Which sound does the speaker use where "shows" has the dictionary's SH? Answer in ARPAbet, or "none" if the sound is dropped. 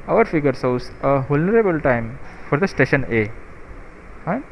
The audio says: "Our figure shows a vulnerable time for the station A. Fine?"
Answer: S